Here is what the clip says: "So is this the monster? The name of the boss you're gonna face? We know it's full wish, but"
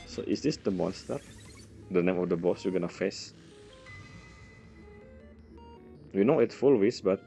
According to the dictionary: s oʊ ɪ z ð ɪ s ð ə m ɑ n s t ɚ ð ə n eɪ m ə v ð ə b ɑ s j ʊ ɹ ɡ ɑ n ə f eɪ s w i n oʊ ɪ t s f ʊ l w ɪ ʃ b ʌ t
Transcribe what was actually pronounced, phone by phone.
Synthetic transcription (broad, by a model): s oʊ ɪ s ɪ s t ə m ɑ n s t ɚ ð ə n eɪ m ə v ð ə b ɑ s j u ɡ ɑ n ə f eɪ s w i n oʊ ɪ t f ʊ l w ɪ s b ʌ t